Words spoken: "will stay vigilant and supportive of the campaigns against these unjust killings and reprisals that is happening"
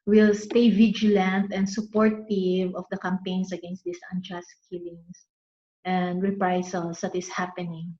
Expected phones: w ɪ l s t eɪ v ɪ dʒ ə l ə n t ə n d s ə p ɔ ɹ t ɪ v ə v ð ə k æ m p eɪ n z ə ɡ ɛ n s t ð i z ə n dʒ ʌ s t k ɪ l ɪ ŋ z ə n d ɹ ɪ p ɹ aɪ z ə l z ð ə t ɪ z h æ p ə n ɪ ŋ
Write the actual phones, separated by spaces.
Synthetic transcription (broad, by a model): w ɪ l s t eɪ v ɪ dʒ ə l ə n t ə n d s ə p ɔ ɹ t ɪ v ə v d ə k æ m p eɪ n s ə ɡ ɛ n s t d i s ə n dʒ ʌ s k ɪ l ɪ ŋ s ə n d ɹ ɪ p ɹ aɪ s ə l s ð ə t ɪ s h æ p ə n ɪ ŋ